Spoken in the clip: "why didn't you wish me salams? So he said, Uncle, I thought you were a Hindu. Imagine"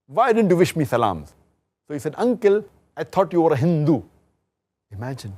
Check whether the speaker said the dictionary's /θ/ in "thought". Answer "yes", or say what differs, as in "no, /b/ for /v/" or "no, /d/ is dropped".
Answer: no, /t/ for /θ/